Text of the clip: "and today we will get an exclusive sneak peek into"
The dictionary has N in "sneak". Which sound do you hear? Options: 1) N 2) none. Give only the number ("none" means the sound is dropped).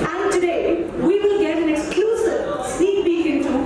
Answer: 2